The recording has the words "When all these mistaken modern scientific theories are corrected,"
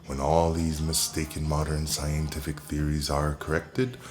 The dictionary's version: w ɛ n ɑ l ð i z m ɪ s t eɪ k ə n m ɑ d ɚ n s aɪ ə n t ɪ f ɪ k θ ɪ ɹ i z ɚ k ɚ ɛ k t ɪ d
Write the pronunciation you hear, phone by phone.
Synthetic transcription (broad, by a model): w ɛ n ɑ l ð i z m ɪ s t eɪ k ə n m ɑ d ɚ n s aɪ ə n t ɪ f ɪ k θ ɪ ɹ i z ɚ k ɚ ɛ k t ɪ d